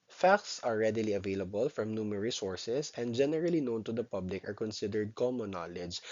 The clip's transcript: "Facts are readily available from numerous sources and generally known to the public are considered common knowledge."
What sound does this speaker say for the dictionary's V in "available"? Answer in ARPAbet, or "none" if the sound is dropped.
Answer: V